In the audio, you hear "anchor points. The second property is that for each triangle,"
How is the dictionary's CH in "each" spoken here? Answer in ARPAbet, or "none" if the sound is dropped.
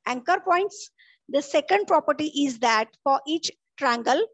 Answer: CH